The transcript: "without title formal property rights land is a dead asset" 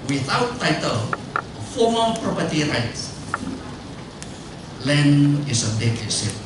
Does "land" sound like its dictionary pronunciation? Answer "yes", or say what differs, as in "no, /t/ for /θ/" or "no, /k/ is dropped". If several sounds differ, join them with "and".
no, /d/ is dropped